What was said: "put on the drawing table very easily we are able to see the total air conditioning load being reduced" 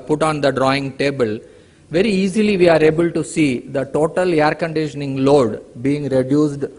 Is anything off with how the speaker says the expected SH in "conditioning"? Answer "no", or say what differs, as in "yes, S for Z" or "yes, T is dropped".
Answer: no